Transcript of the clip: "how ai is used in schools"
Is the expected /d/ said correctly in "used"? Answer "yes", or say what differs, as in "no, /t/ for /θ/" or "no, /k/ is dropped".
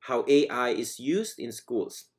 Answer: yes